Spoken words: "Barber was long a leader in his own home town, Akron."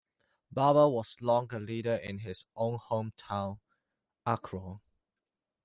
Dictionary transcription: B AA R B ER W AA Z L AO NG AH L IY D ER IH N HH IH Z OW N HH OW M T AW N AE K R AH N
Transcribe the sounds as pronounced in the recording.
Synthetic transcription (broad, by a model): B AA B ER W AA S L AO NG AH L IY D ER IH N HH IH S OW N HH OW M T AW N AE K R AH